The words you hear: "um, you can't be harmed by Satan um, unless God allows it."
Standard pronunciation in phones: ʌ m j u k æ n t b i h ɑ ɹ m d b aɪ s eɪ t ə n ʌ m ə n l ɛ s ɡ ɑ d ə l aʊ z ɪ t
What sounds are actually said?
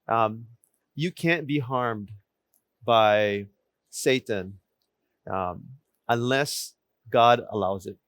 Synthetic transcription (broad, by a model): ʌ m j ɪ k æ n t b i h ɑ ɹ m d b aɪ s eɪ t ə n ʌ m ə n l ɛ s ɡ ɑ d ə l aʊ z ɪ t